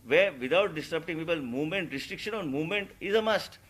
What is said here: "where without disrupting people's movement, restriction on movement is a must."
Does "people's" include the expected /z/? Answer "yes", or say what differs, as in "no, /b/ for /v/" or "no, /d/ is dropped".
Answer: no, /z/ is dropped